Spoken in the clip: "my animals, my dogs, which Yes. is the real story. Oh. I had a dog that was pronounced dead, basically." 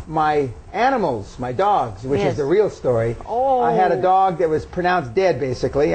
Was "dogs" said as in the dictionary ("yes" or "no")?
yes